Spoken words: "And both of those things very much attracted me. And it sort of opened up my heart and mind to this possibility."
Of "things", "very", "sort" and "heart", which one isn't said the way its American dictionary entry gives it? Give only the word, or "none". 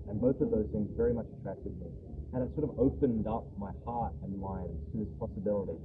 things